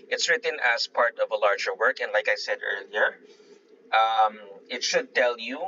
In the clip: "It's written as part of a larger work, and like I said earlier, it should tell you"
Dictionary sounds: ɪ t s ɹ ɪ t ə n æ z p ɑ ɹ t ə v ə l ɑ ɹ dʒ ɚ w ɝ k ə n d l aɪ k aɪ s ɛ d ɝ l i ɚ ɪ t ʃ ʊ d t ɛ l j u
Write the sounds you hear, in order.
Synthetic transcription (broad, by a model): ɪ t s ɹ ɪ t ə n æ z p ɑ ɹ t ə v ə l ɑ ɹ dʒ ɚ w ɝ k ə n d l aɪ k aɪ s ɛ d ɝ l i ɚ ɪ t ʃ ʊ d t ɛ l j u